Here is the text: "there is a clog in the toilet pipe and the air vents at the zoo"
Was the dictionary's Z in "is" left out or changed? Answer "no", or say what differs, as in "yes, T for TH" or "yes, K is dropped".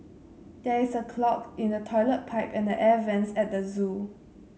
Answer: yes, S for Z